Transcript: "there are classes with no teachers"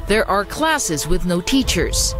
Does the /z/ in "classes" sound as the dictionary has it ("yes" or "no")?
yes